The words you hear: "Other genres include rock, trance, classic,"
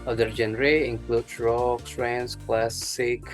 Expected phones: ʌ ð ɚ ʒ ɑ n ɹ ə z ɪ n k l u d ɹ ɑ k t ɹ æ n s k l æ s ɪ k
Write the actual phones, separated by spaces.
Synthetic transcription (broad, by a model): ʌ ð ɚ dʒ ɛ n ɹ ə ɪ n k l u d ɹ ɑ k s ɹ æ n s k l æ s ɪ k